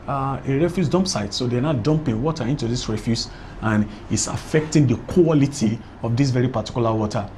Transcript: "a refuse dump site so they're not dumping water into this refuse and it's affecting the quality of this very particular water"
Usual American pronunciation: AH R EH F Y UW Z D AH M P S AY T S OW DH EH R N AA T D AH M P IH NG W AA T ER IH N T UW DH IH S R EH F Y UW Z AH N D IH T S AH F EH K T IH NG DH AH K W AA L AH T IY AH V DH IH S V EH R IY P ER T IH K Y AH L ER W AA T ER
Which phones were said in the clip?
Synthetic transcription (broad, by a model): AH R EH F Y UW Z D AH M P S AY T S OW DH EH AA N AA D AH M P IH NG W AA T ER IH N T UW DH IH S R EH F Y UW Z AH N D IH T S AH F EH K T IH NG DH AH K W AA L AH T IY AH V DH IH S V EH R IY P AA T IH K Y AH L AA W AA T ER